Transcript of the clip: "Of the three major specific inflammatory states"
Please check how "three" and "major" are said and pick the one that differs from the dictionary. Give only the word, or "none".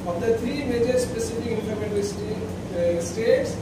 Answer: three